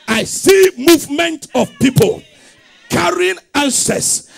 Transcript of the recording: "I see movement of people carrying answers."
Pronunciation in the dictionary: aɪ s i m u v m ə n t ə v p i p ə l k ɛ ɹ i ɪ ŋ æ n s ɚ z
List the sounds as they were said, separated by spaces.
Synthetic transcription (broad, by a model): aɪ s i m u v m ə n t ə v p i p ə l k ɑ ɹ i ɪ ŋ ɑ n s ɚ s